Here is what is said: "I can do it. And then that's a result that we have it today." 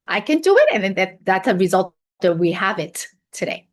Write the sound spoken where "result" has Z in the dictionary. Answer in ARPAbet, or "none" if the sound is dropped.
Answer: Z